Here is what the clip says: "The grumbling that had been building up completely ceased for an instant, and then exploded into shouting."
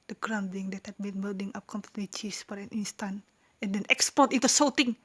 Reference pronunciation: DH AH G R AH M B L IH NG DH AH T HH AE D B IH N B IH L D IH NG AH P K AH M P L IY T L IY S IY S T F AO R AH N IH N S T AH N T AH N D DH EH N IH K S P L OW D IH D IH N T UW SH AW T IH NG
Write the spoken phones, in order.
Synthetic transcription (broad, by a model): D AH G R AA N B IH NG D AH T HH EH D B IH N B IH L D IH NG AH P K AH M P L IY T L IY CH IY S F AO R AH N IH N S T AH N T AH N D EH N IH K S P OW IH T IH N T UW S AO T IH NG